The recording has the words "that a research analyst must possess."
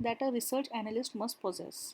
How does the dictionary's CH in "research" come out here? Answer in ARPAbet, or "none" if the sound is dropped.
CH